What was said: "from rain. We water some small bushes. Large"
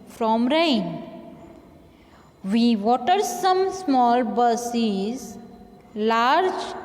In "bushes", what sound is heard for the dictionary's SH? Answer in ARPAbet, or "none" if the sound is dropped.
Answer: S